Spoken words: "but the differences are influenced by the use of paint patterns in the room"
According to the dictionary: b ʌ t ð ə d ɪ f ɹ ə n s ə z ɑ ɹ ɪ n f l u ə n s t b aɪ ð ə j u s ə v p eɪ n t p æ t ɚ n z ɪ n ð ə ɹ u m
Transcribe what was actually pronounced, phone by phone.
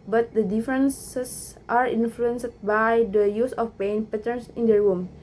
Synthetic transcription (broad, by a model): b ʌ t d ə d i f ɹ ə n s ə s ɑ ɹ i n f l u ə n s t b aɪ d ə j u s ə f p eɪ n p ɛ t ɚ n s ɪ n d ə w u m